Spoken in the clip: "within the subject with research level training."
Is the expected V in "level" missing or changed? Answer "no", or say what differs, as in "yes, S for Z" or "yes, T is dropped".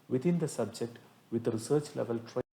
no